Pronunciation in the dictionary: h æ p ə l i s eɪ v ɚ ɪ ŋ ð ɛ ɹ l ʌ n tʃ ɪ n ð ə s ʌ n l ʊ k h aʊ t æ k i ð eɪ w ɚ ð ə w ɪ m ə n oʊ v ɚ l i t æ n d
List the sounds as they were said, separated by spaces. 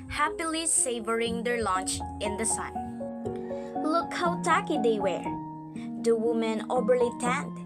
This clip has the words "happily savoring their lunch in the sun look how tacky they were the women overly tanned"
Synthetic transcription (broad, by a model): h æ p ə l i s eɪ v ɚ ɪ ŋ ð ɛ ɹ l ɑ n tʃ ɪ n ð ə s ʌ n l ʊ k h aʊ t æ k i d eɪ w ɚ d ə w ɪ m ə n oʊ b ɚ l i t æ n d